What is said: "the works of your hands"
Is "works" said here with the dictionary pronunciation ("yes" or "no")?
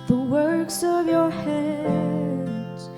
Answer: yes